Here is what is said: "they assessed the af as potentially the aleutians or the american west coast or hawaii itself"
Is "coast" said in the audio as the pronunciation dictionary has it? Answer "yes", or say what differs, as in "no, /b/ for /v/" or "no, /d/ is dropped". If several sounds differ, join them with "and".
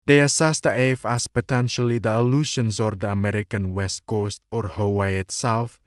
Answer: yes